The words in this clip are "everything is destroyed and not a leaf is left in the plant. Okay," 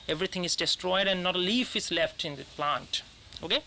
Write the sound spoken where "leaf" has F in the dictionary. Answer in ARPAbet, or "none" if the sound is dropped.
F